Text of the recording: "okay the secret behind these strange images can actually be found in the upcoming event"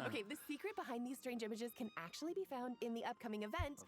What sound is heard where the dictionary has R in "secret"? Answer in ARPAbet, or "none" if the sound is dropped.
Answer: R